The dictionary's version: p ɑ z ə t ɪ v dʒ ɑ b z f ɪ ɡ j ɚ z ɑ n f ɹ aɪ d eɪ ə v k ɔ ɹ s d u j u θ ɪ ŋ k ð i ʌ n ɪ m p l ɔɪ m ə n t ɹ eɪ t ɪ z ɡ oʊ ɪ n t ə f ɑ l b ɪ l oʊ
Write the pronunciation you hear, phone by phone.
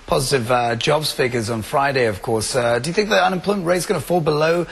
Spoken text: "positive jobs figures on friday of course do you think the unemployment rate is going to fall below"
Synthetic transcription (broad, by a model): p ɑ z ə t ɪ v dʒ ɑ b z f ɪ ɡ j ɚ z n f ɹ aɪ d eɪ ə v k ɔ ɹ s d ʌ j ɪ θ ɪ ŋ k ð i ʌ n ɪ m p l ɔɪ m n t ɹ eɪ ɪ z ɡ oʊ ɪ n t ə f ɑ l b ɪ l oʊ